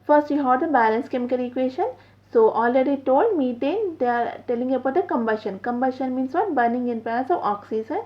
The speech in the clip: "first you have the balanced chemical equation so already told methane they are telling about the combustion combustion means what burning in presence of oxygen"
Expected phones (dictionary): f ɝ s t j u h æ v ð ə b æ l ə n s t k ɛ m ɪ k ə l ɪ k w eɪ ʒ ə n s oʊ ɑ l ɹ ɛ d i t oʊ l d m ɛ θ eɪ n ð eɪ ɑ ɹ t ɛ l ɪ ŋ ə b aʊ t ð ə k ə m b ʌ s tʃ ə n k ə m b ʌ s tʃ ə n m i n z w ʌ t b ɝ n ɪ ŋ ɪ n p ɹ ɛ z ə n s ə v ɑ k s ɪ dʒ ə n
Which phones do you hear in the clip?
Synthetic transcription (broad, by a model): f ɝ s t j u h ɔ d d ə b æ l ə n s k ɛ m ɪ k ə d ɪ k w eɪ ʃ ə n s oʊ ɑ l ɹ ɛ d i t oʊ l d m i t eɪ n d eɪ ɑ ɹ t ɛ l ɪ ŋ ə b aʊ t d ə k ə m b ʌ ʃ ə n k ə m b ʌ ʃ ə n m i n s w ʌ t b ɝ n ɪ ŋ ɪ n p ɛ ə s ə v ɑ k s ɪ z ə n